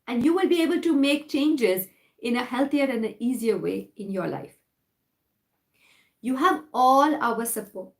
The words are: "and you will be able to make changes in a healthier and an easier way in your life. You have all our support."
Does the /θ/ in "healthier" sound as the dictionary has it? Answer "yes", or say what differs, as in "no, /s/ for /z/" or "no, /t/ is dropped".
no, /t/ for /θ/